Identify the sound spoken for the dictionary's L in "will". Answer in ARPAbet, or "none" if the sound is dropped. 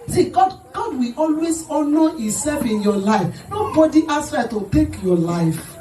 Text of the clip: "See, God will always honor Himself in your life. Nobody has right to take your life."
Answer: W